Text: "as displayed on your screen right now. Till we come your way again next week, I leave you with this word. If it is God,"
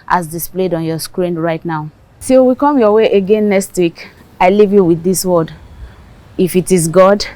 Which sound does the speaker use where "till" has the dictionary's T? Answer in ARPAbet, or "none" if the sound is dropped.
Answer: S